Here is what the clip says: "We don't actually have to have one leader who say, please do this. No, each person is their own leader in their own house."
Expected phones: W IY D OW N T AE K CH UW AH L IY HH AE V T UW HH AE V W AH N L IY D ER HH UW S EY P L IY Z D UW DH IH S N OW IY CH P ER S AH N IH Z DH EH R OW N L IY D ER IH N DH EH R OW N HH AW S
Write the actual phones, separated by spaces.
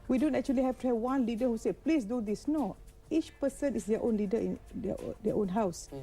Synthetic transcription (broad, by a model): W IY D OW N T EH K CH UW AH L IY HH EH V T UW HH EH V W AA N L IY D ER HH UW S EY P L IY S D UW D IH S N OW IY CH P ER S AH N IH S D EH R OW N L IY D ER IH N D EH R OW N HH AW S